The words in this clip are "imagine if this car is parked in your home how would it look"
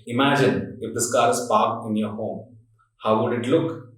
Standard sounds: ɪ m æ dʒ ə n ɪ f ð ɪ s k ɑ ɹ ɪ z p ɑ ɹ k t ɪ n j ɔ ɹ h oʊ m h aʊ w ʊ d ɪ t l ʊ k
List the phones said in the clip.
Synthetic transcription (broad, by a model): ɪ m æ dʒ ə n ɪ f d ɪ s k ɑ ɹ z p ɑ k ɪ n j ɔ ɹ h oʊ m h aʊ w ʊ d ɪ t l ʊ k